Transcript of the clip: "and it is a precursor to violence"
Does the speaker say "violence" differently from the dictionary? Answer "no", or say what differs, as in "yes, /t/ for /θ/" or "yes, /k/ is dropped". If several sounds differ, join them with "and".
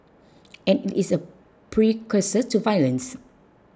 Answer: no